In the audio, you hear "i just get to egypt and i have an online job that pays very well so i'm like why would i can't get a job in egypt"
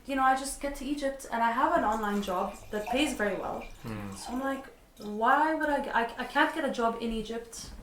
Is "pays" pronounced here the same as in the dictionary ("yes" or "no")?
yes